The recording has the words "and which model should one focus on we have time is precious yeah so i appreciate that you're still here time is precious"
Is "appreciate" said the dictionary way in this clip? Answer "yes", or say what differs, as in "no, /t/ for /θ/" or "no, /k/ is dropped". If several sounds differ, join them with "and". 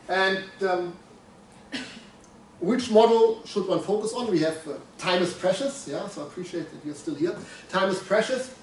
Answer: yes